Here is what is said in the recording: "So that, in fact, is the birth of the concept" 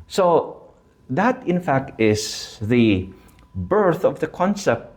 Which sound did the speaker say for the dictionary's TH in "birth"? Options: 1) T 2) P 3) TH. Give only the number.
3